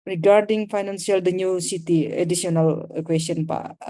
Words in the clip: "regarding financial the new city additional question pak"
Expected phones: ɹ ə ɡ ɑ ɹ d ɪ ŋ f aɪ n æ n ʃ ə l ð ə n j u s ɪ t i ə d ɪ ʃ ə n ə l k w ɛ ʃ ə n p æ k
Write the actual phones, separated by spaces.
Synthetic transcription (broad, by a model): ɹ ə ɡ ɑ ɹ d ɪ ŋ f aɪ n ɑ n s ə l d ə n j u s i t i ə d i s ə n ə l k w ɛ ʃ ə n p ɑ